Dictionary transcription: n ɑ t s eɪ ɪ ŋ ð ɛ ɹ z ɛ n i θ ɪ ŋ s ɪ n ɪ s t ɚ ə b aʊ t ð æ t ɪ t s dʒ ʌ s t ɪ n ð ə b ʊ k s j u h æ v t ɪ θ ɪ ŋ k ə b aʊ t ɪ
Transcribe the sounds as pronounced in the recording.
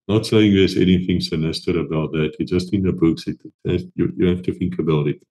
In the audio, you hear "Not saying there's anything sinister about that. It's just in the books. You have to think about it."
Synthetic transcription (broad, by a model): n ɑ t s eɪ ɪ ŋ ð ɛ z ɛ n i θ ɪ ŋ s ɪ n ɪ s t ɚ ə b aʊ t ð æ t ɪ t s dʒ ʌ s t ɪ n ð ə b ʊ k s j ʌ h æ f t ɪ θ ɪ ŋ k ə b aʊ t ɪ